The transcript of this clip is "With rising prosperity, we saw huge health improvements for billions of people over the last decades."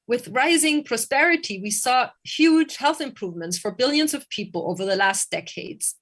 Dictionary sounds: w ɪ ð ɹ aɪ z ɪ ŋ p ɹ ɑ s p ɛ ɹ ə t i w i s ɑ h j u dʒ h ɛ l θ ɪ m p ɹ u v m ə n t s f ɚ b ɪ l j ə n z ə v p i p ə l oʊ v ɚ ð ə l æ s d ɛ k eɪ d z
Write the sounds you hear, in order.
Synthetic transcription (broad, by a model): w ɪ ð ɹ aɪ z ɪ ŋ p ɹ ɑ s p ɛ ɹ ə t i w i s ɑ h j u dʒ h ɛ l θ ɪ m p ɹ u v m ə n t s f ɚ b ɪ l j ə n z ə v p i p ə l oʊ v ɚ ð ə l æ s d ɛ k eɪ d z